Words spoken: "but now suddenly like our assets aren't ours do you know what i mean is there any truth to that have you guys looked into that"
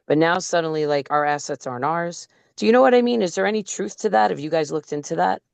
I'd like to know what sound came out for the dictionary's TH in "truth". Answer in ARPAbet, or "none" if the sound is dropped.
TH